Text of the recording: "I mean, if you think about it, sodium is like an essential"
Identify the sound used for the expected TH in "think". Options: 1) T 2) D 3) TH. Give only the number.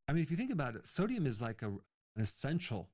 3